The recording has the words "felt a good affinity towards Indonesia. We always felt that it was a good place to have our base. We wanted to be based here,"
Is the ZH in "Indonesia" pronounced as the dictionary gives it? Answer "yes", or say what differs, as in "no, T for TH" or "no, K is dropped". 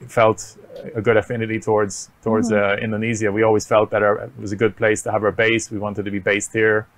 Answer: no, Z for ZH